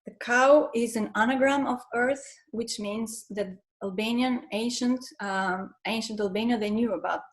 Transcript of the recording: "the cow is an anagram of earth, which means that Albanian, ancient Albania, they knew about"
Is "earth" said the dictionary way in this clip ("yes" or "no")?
yes